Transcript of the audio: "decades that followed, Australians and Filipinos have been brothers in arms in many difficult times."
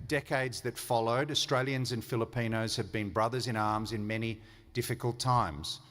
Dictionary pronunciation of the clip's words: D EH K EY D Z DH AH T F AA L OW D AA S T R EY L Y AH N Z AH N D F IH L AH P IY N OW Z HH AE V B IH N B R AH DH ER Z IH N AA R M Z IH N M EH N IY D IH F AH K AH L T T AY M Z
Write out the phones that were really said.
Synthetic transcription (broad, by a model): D EH K EY D Z DH AH T F AA L OW D AA S T R EY L Y AH N Z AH N F IH L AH P IY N OW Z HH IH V B IH N B R AH DH ER Z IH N AA R M Z IH N M EH N IY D IH F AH K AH L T T AY M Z